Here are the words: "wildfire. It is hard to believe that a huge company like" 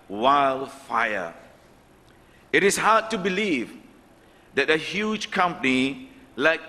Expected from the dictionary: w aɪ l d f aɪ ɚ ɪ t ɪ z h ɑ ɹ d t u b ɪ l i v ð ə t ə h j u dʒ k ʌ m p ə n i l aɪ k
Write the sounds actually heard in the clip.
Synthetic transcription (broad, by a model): w aɪ l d f aɪ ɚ ɪ t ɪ s h ɑ d t u b ɪ l i v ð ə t ə h j u dʒ k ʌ m p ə n i l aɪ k